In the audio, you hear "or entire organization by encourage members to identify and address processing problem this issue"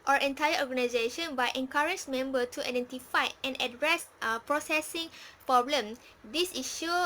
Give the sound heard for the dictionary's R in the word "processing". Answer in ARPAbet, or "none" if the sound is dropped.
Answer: R